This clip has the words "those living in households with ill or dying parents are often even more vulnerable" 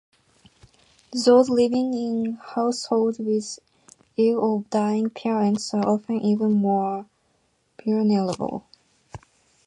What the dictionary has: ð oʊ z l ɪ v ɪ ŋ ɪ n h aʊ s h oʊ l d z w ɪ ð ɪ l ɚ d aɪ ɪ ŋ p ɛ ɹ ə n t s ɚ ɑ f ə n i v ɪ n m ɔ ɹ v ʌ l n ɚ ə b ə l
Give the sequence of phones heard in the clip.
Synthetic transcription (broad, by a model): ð oʊ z l ɪ v ɪ ŋ ɪ n h aʊ s h oʊ l d w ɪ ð ɪ l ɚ d aɪ ɪ ŋ p ɛ ɹ ə n t s ɚ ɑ f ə n i v ɪ n m ɔ ɹ b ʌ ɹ n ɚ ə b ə l